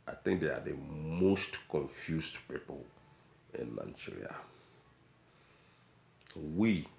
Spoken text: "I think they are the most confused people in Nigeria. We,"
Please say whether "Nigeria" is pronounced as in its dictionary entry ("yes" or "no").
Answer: no